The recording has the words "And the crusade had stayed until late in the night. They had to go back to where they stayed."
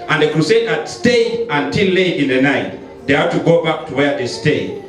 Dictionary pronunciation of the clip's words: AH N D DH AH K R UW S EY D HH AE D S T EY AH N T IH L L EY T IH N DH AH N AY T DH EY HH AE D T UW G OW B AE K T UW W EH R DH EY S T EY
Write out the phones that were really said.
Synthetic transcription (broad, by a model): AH N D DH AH K R UW S EY D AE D S T EY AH N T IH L L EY IH N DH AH N AY T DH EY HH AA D T UW G OW B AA K T UW W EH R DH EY S T EY